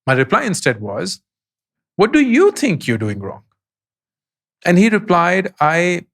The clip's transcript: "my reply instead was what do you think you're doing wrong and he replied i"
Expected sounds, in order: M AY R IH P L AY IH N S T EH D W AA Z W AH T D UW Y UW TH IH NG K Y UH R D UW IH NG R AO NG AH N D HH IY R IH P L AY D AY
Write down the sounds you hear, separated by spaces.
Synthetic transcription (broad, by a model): M AY R IH P L AY IH N S T EH D W AA Z W AH T D UW Y UW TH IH NG K Y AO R D UW IH NG R AO NG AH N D HH IY R IH P L AY D AY